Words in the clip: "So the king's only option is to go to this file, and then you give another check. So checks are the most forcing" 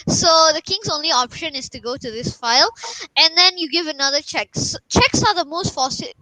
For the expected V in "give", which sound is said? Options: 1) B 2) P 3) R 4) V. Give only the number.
4